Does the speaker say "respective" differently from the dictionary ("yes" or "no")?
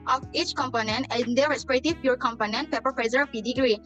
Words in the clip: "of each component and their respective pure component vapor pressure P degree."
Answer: yes